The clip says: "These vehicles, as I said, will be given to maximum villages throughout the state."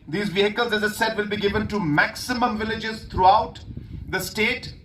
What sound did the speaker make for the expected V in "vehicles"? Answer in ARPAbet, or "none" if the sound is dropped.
V